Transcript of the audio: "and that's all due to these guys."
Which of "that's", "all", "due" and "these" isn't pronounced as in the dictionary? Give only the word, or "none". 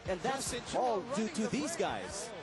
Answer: none